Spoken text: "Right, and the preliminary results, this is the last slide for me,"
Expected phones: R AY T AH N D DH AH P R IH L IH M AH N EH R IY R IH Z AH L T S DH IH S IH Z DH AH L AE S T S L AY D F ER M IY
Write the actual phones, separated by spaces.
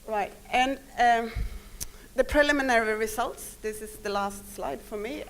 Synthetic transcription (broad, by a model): R AY T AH N DH AH P R IH L IH M AH N EH R IY R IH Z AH L T S DH IH S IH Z DH AH L AE S T S L AY D F ER M IY